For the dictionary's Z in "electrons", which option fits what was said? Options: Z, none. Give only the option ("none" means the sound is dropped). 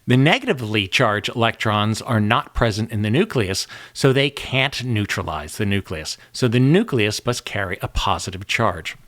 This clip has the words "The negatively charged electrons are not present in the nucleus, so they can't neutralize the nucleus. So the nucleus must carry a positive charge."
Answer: Z